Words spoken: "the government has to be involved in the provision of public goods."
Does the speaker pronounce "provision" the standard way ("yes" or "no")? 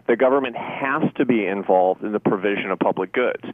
yes